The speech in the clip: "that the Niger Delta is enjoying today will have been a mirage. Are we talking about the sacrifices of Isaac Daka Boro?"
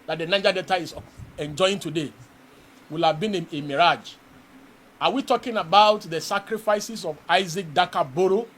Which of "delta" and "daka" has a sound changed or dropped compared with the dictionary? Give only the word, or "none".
delta